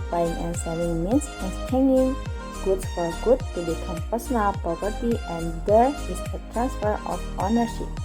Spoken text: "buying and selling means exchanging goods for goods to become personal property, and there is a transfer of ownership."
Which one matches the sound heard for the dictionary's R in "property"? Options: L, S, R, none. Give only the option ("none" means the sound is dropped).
none